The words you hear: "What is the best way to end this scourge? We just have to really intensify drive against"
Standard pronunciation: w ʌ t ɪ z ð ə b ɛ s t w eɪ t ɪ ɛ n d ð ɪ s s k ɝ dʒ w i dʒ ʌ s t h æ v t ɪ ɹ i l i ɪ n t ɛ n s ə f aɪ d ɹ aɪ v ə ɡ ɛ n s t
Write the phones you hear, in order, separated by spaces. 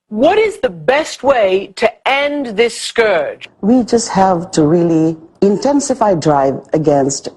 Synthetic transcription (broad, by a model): w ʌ t ɪ z ð ə b ɛ s t w eɪ t ɪ ɛ n ð ɪ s s k ɝ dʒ w i dʒ ʌ s t h æ v t ɪ ɹ i l i ɪ n t ɛ n s ə f aɪ d ɹ aɪ v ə ɡ ɛ n s t